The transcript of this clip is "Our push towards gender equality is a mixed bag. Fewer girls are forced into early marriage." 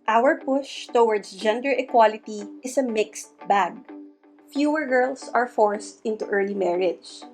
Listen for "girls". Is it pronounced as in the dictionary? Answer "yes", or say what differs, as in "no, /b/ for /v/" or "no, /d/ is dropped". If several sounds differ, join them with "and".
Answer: no, /s/ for /z/